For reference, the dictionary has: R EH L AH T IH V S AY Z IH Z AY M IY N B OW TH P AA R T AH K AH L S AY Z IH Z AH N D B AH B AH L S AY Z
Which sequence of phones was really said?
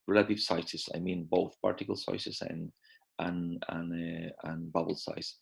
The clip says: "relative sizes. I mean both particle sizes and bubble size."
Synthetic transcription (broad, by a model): R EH L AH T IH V S AY S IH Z AY M IY N B OW TH P AA R T AH K AH L S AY S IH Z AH N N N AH B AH L S AY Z